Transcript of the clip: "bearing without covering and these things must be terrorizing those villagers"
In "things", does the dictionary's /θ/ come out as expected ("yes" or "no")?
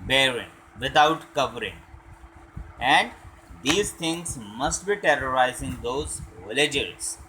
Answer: no